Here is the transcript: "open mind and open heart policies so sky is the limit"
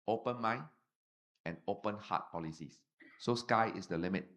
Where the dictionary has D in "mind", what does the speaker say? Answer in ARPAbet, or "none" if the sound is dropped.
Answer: none